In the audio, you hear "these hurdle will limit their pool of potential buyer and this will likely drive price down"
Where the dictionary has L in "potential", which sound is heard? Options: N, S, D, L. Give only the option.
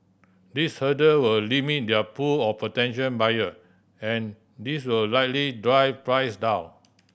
N